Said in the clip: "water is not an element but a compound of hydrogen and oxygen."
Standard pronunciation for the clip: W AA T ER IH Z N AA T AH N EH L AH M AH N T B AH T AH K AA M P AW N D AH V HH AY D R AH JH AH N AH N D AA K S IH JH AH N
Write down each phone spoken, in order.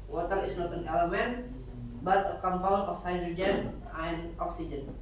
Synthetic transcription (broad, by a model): W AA T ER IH S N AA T AH N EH L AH M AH N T B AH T AH K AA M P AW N AH F HH AY D R AH JH AH N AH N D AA K S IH JH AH N